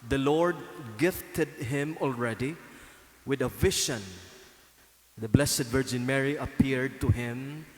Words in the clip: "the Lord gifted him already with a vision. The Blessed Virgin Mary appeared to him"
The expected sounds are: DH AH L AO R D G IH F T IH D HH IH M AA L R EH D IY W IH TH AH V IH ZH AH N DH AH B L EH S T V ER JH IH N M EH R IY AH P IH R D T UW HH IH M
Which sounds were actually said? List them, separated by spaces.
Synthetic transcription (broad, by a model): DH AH L AO R D G IH F T IH D HH IH M AA L R EH D IY W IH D AH V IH SH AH N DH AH B L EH S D V ER JH IH N M EH R IY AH P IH R D T UW HH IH M